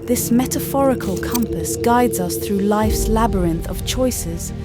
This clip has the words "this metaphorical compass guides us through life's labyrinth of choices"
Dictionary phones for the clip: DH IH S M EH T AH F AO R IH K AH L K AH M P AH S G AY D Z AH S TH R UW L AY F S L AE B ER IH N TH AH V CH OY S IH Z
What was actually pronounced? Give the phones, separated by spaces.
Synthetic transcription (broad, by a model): DH IH S M EH T AH F AO R IH K AH L K AH M P AH S G AY D Z AH S TH R UW L AY F S L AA B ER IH N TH AH V CH OY S IH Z